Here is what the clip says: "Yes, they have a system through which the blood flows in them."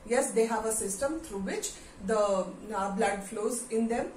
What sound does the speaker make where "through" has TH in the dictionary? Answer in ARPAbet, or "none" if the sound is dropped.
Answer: T